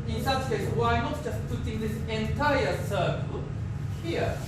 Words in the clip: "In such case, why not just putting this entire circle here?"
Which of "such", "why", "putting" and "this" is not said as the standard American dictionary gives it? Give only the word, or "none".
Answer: such